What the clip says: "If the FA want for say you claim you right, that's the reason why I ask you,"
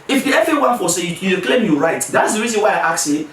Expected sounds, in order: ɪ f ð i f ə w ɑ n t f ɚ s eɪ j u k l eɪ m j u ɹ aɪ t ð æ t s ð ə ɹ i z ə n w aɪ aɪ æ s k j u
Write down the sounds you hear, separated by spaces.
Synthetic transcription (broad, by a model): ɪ f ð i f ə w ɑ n f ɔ s eɪ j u k l eɪ m j u ɹ aɪ t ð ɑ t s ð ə ɹ i z ə n w aɪ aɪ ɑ k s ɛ